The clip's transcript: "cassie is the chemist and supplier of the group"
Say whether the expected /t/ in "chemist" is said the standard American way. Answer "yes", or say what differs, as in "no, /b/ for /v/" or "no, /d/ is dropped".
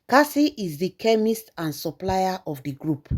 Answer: yes